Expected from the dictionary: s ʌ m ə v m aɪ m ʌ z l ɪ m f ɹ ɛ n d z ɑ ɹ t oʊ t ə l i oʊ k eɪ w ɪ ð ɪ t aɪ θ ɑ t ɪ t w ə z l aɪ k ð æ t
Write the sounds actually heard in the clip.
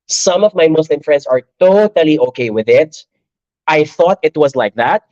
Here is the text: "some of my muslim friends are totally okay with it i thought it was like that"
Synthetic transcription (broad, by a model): s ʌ m ə v m aɪ m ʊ s l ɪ m f ɹ ɛ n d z ɑ ɹ t oʊ t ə l i oʊ k eɪ w ɪ ð ɪ t aɪ θ ɑ t ɪ t w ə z l aɪ k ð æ t